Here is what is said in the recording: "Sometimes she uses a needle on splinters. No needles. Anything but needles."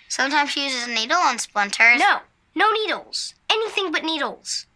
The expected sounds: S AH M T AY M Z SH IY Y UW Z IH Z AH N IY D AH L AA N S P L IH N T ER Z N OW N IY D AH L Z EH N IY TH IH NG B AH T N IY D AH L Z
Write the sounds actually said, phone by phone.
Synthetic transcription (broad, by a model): S AH M T AY M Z SH IY Y UW Z IH Z AH N IY D L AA N S P L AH N T ER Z N OW N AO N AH L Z EH N IY TH IH NG B AH T N IY D L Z